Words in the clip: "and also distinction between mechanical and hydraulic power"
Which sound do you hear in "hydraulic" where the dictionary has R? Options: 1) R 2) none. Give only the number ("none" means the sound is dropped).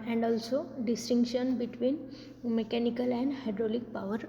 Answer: 1